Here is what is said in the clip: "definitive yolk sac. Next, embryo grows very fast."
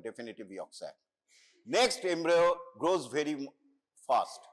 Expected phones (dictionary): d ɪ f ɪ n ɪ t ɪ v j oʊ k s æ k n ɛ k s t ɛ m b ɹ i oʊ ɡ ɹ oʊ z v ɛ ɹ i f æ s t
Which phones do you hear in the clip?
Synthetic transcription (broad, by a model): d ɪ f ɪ n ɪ t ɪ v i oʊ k s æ n ɛ k s t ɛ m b ɹ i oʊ ɡ ɹ oʊ z v ɛ ɹ i f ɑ s t